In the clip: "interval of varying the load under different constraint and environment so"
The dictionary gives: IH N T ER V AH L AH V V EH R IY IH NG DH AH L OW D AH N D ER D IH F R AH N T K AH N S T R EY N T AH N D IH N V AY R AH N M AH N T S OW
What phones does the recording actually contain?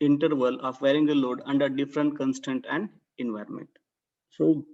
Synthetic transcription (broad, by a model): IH N T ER V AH L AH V V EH R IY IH NG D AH L OW D AH N D ER D IH F R AH N T K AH N S T EY N T AH N D IH N V AY R AH N M AH N T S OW